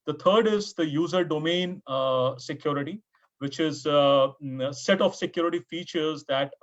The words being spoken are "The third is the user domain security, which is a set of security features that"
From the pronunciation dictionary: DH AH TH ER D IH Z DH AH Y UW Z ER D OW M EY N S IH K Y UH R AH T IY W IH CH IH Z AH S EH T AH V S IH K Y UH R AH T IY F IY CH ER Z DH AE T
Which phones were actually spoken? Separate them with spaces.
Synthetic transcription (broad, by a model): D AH T ER D IH Z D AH Y UW Z ER D OW M EY N S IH K Y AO R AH T IY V IH CH IH Z S EH T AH F S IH K Y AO R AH T IY F IY CH ER Z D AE T